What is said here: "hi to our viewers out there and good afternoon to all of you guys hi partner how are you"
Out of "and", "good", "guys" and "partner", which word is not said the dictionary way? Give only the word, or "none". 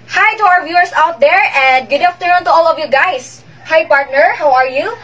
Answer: guys